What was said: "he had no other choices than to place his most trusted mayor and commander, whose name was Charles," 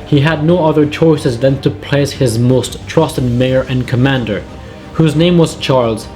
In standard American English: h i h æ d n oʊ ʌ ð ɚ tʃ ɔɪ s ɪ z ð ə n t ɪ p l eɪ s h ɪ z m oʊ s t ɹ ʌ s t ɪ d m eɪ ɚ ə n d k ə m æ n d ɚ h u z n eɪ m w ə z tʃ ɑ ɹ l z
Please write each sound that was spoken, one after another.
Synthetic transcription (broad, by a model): h i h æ d n oʊ ʌ ð ɚ tʃ ɔɪ s ɪ z ð ə n t ɪ p l eɪ s h ɪ z m oʊ s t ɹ ʌ s t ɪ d m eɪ ɚ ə n k ə m æ n d ɚ h u z n eɪ m w ə z tʃ ɑ ɹ l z